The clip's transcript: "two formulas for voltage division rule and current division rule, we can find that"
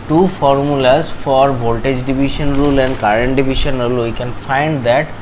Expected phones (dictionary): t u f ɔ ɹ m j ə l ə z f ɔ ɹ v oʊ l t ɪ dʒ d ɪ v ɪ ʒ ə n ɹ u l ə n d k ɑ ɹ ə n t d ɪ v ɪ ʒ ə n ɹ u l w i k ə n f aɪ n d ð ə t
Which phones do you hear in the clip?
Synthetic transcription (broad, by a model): t u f ɔ ɹ m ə l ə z f ɔ ɹ b oʊ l t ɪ dʒ d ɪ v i ʃ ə n ɹ u l ə n d k ɑ ɹ ə n t d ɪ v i ʃ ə n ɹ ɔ l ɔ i k ə n f aɪ n d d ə t